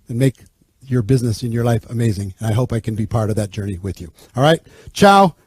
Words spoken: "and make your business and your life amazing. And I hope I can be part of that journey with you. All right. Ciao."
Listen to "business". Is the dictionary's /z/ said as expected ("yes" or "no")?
yes